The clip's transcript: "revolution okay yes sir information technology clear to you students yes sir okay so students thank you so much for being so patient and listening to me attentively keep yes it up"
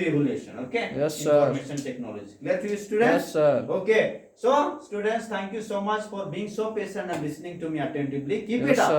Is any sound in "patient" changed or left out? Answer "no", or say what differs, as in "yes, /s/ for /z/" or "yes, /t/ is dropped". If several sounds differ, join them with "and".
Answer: yes, /s/ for /ʃ/